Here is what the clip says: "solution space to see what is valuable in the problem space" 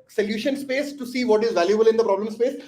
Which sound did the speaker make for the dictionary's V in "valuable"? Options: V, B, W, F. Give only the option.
V